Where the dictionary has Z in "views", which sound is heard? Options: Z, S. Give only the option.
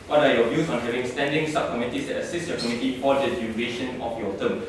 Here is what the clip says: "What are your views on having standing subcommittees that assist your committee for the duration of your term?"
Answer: S